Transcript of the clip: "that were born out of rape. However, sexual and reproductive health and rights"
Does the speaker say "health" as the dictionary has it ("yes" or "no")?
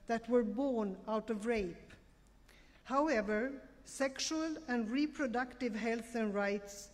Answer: yes